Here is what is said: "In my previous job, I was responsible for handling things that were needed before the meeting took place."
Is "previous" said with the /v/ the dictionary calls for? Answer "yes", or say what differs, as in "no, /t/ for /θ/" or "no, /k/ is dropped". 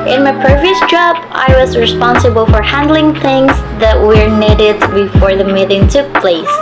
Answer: yes